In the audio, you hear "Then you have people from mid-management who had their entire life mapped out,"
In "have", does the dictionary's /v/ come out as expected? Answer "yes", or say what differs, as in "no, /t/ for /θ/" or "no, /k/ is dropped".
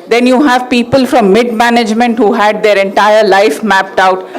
yes